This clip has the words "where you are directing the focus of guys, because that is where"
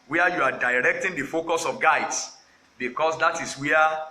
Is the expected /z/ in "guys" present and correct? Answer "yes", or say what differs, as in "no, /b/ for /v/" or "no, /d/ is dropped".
no, /s/ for /z/